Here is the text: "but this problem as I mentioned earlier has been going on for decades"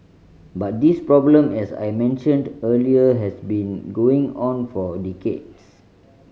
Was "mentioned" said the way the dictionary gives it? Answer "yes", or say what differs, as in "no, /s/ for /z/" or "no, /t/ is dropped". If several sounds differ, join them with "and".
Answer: yes